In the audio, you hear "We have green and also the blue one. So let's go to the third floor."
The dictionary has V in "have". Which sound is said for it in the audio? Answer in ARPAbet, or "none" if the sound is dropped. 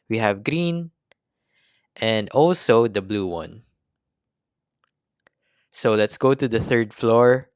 V